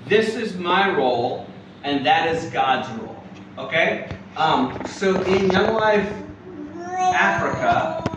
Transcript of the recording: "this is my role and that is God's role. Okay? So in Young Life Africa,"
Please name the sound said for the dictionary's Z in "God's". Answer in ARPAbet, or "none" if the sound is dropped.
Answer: Z